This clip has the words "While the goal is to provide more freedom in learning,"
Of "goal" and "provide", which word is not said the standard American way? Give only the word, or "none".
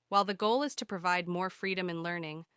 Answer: none